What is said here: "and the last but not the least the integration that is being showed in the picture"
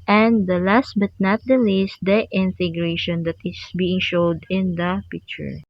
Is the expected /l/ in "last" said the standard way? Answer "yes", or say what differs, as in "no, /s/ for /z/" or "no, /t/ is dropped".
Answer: yes